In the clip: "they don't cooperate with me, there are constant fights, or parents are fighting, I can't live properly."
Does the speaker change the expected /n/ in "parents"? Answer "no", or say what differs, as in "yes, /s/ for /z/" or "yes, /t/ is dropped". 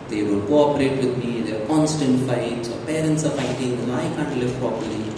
no